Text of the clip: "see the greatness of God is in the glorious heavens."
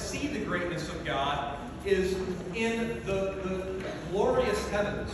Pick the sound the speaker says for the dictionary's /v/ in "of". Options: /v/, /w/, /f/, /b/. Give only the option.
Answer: /v/